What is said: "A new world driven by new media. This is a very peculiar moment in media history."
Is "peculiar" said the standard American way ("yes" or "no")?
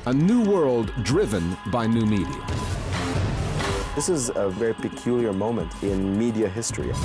yes